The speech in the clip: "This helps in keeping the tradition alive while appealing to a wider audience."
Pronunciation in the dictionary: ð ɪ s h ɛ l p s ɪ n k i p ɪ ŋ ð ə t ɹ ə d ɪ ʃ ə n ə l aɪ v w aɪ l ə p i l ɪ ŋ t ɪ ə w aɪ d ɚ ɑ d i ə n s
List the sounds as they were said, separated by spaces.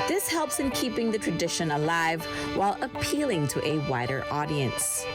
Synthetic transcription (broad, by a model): ð ɪ s h ɛ l p s ɪ n k i p ɪ ŋ ð ə t ɹ ə d ɪ ʃ ə n ə l aɪ v w aɪ l ə p i l ɪ ŋ t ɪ ə w aɪ d ɚ ɑ d i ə n s